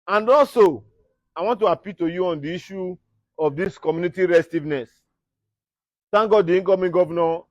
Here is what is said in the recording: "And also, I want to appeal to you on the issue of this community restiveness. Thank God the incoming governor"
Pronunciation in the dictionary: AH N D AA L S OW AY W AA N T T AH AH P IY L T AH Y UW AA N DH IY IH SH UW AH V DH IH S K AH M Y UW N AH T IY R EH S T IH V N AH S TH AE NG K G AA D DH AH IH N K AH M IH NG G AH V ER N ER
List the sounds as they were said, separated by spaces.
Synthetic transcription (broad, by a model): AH N D AA L S OW AY W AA N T T AH AH P IY L T AH Y UW AA N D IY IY SH UW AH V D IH S K AH M Y UW N AH T IY R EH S T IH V N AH S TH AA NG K G AA D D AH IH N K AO M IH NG G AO V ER N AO